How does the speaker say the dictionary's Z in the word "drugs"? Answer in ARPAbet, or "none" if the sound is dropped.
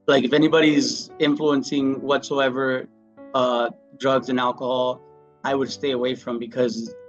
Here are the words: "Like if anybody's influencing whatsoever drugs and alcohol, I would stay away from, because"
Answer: Z